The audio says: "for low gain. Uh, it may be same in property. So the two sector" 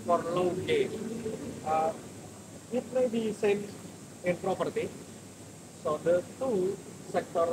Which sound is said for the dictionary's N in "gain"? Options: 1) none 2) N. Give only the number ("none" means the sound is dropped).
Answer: 1